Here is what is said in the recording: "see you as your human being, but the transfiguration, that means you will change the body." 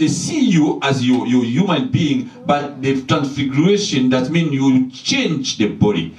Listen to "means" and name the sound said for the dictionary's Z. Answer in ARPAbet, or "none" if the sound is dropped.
none